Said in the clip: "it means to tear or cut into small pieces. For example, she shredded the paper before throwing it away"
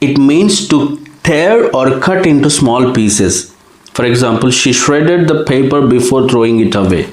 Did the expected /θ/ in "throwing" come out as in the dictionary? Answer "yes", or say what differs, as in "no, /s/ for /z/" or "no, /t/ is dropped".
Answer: no, /t/ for /θ/